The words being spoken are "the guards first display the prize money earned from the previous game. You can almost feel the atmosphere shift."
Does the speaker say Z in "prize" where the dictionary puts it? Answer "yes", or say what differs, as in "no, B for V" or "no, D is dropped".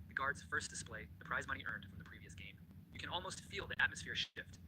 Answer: yes